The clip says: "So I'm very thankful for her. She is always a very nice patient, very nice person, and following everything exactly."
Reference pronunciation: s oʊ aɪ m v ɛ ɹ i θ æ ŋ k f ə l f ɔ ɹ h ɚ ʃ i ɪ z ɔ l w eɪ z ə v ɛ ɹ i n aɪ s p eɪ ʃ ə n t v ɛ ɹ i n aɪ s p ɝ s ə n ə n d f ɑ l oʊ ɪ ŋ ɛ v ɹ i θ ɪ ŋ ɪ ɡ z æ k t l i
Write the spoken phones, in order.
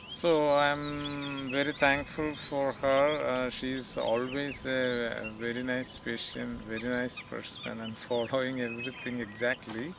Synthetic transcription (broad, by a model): s oʊ aɪ m v ɛ ɹ i t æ ŋ k f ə l f ɔ ɹ h ɚ ʃ i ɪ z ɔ l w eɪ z ə v ɛ ɹ i n aɪ s p eɪ ʃ ə n t v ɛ ɹ i n aɪ s p ɝ s ə n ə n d f ɑ l oʊ ɪ ŋ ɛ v ɹ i t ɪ ŋ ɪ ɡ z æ k t l i